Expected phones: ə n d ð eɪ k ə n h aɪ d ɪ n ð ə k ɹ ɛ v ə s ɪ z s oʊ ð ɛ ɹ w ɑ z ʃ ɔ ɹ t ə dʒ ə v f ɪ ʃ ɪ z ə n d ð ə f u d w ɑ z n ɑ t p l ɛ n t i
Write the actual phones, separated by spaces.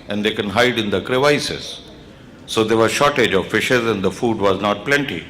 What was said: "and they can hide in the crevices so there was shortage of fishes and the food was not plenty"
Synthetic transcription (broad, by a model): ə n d eɪ k ə n h aɪ d ɪ n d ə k ɹ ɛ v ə s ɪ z s oʊ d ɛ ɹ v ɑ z ʃ ɔ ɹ t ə dʒ ə v f ɪ ʃ ɪ z ə n d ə f u d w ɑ z n ɑ t p l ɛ n t i